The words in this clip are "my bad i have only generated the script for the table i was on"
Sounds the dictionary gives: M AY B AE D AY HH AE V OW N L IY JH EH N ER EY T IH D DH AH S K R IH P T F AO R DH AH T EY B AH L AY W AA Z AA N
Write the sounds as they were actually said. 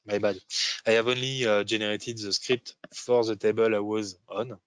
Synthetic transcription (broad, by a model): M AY B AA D AY HH AE V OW N L IY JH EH N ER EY T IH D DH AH S K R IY P T F AO R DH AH T EY B AH L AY W AA Z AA N